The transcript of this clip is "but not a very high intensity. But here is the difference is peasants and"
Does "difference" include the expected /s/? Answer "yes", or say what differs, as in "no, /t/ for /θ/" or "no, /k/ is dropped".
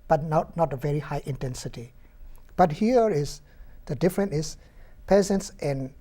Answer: no, /s/ is dropped